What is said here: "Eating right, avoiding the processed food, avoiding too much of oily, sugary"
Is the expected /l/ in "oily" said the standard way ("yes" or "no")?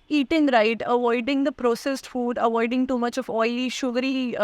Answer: no